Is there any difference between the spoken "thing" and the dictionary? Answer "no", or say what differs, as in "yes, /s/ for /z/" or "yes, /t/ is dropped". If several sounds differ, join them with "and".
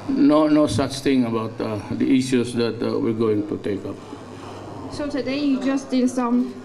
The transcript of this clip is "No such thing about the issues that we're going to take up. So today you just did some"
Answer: yes, /t/ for /θ/